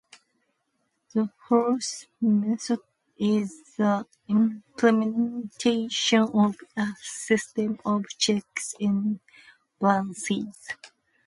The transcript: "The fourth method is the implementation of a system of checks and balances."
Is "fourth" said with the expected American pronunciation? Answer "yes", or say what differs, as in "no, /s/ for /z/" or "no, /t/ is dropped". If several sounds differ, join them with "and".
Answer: no, /s/ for /θ/